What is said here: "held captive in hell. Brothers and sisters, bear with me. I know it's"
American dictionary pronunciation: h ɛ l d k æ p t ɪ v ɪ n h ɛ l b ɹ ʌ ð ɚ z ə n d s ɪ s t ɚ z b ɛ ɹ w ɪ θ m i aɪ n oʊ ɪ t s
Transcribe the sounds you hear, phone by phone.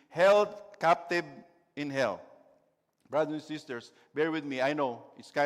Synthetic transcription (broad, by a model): h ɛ l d k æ p t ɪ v ɪ n h ɛ l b ɹ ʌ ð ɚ ə n s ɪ s t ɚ s b ɛ ɹ w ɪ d m i aɪ n oʊ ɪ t s